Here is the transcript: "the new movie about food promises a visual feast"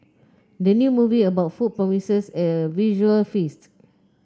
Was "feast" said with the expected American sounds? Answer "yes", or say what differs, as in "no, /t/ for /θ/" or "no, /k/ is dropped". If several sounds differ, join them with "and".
yes